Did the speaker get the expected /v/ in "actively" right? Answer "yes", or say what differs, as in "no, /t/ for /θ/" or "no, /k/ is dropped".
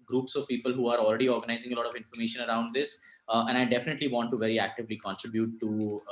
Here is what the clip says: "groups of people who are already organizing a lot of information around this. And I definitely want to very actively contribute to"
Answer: yes